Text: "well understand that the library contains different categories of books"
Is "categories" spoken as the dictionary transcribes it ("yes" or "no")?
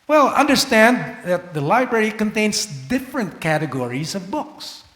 yes